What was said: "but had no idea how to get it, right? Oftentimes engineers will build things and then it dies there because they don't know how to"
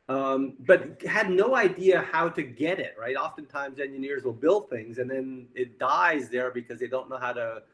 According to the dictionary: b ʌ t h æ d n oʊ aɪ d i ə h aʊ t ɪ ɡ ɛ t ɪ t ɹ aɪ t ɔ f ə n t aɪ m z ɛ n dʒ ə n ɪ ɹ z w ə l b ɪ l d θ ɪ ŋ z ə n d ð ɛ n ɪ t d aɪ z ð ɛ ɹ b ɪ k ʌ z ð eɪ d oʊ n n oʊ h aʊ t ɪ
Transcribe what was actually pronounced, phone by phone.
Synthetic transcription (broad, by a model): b ʌ t h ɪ d n oʊ aɪ d i ə h aʊ t ɪ ɡ ɛ t ɪ t ɹ aɪ t ɔ f ə n t aɪ m z ɛ n dʒ ə n ɪ ɹ z w ə l b ɪ l d θ ɪ ŋ z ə n ð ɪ n ɪ t d aɪ z ð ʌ ɹ b ɪ k ʌ z ð eɪ d oʊ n n oʊ h aʊ t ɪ